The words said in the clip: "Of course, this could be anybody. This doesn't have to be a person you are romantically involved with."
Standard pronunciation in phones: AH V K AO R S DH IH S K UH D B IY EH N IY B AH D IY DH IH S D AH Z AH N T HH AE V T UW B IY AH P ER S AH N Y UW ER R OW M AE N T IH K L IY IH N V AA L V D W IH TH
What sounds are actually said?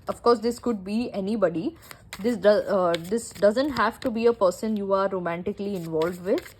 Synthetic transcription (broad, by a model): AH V K AO R S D IH S K UH D B IY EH N IY B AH D IY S IH S D AH Z AH N T HH AE V T UW B IY AH P ER S AH N Y UW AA R OW M AE N T IH K L IY IH N V AA L V D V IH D